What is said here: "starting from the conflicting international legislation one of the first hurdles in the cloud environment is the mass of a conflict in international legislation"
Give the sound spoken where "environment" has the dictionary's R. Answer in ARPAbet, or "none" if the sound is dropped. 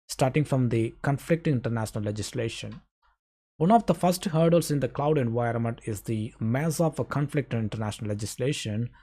R